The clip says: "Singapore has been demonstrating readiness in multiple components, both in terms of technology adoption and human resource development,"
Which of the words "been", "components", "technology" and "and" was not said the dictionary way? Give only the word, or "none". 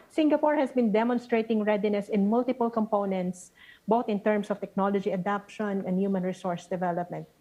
none